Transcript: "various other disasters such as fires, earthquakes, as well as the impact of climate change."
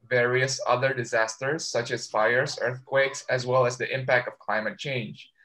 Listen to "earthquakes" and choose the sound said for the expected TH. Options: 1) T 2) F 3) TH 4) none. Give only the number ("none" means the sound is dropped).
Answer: 3